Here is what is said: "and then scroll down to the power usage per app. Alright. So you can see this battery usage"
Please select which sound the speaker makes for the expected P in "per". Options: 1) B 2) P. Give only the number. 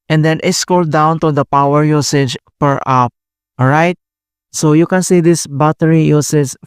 2